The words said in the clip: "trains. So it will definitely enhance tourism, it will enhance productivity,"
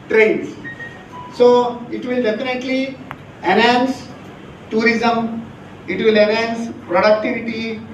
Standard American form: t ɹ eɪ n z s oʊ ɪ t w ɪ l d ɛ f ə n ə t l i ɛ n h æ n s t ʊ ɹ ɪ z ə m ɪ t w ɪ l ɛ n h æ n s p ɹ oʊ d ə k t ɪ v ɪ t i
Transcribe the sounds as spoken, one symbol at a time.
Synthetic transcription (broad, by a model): t ɹ eɪ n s s oʊ ɪ t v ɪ l d ɛ f ə n ə t l i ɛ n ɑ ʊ n s t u ɹ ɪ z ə m ɪ t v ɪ l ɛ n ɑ n s p ɹ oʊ d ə k t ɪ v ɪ t i